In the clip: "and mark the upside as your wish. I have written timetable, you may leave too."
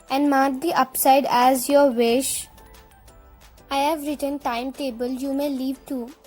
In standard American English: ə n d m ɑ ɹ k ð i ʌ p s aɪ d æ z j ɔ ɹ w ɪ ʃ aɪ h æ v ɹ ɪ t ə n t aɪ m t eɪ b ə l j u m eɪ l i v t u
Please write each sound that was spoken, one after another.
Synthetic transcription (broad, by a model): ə n d m ɑ ɹ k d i ʌ p s aɪ d æ z j ɔ ɹ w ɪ ʃ aɪ h æ v ɹ ɪ t ə n t aɪ m t eɪ b ə l j u m eɪ l i v t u